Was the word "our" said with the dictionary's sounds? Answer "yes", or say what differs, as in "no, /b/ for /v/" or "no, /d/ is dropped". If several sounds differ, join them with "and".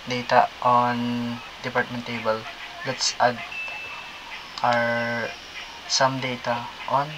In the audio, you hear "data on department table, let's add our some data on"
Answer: yes